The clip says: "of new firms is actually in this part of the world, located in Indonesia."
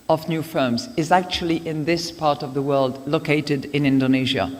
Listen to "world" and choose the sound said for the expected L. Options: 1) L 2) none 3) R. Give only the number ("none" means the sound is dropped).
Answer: 1